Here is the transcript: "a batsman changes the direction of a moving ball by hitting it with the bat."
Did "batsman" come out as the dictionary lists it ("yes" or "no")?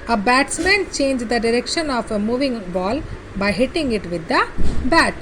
yes